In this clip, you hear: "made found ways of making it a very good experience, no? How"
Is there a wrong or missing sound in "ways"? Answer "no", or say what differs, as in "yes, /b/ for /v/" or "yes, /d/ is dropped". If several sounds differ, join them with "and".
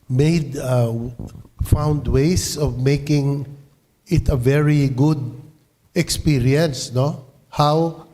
yes, /s/ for /z/